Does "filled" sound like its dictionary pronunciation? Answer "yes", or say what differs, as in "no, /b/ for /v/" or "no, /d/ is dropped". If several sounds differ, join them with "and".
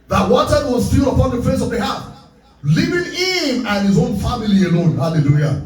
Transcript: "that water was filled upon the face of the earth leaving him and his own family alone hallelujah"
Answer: no, /d/ is dropped